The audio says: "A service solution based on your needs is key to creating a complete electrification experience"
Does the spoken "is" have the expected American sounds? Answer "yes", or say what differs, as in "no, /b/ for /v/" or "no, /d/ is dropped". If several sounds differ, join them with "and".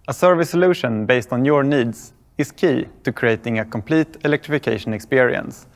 no, /s/ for /z/